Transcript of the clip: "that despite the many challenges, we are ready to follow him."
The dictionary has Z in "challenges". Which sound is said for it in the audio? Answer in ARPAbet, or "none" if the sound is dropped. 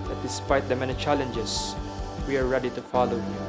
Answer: S